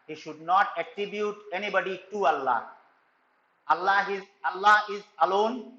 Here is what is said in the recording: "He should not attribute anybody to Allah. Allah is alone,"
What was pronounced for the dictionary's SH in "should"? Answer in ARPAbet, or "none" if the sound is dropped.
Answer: SH